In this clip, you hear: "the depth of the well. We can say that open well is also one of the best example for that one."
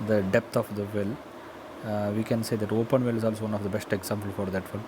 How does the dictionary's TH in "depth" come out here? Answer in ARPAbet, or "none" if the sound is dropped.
T